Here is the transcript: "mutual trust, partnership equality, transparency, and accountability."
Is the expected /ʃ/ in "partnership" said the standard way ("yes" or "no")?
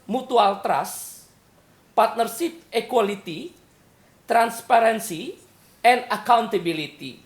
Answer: no